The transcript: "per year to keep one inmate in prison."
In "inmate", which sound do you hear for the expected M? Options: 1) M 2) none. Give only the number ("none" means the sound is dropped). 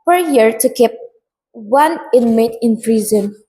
1